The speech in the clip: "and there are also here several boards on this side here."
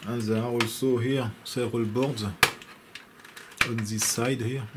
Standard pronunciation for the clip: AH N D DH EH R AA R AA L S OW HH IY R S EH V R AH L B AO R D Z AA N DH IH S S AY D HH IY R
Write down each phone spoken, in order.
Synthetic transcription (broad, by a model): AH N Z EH AA R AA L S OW HH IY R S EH R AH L B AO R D AA N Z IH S S AY D HH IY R